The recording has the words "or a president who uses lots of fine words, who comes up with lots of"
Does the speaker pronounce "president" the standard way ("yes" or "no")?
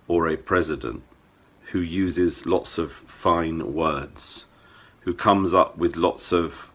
yes